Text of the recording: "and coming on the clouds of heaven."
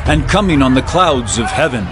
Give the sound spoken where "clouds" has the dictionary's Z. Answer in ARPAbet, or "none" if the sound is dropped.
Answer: Z